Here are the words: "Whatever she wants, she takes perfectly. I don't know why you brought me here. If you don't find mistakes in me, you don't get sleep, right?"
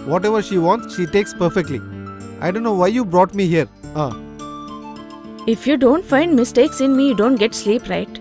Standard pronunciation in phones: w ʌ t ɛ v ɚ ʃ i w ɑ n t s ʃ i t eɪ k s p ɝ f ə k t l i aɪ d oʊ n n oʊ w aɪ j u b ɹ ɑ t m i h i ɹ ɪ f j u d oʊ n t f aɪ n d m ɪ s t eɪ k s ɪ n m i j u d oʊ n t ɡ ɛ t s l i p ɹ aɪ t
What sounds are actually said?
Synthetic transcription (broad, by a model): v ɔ t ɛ v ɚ ʃ i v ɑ n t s ʃ i t eɪ k s p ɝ f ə k t l i aɪ d oʊ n n oʊ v aɪ j u b ɹ ɑ t m i h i ɹ ɪ f j u d oʊ n t f aɪ n d m ɪ s t eɪ k s ɪ n m i j u d oʊ n t ɡ ɛ t s l i p ɹ aɪ t